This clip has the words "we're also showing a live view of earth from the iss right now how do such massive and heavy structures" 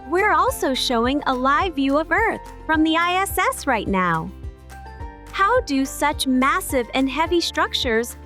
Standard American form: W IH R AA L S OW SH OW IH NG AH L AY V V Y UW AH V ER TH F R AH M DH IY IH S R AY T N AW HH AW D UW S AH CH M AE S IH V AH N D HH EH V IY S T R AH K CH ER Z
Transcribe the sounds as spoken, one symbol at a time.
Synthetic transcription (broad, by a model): W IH R AA L S OW SH OW IH NG AH L AY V V Y UW AH V ER TH F R AH M DH IY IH S R AY T N AW HH AW D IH S AH CH M AE S IH V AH N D HH EH V IY S T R AH K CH ER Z